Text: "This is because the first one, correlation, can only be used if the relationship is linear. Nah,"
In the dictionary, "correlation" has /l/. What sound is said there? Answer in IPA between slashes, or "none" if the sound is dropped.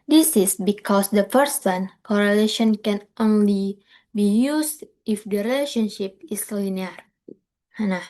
/l/